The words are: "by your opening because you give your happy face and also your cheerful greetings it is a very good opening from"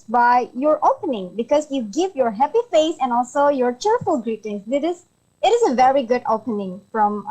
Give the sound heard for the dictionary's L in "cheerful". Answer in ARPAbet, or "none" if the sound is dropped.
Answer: L